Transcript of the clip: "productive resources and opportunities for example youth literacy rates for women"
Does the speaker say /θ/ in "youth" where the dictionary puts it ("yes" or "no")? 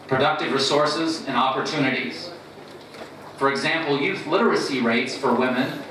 yes